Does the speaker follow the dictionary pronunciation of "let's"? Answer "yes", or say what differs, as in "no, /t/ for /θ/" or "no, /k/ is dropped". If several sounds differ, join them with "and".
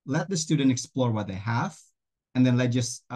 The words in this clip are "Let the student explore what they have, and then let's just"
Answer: no, /s/ is dropped